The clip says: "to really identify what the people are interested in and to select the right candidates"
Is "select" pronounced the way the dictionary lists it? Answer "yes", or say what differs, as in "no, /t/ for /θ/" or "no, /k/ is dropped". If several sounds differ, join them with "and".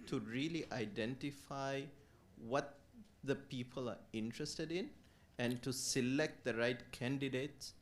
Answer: yes